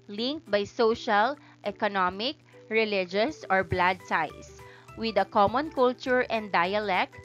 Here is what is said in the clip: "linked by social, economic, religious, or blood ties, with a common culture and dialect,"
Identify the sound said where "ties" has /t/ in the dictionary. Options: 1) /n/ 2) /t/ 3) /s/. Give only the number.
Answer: 3